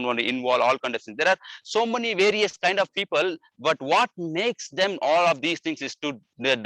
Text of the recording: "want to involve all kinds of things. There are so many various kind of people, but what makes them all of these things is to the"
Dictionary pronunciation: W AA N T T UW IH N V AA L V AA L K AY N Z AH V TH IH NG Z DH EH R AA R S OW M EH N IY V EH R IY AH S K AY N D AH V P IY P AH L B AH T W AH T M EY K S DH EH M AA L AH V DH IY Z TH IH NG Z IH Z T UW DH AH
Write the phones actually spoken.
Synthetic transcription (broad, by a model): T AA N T T UW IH N V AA L AA L K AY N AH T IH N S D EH R AA R S OW M EH N IY V EH R IY AH S K AY N D AH V P IY P AH L B AH T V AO T M EY K S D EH M AA L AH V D IY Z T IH NG S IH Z T UW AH